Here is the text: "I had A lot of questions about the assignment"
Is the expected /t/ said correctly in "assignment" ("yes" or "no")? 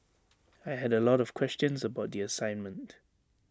yes